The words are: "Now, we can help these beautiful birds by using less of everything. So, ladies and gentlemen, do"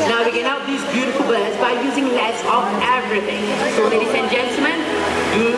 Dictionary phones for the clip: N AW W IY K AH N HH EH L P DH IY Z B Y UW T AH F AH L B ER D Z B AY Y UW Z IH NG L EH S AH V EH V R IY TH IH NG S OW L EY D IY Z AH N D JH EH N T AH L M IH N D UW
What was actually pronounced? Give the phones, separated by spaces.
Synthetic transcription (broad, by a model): N AW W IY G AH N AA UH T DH IY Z B Y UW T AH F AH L B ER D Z B AY Y UW Z IH NG L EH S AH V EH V R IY T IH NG S OW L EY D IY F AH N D JH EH N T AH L M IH N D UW